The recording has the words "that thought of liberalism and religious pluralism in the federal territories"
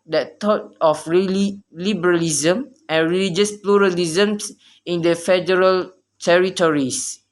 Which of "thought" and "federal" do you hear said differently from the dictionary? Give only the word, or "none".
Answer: thought